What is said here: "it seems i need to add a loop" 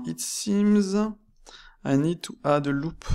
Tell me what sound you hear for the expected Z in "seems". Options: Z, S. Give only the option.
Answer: Z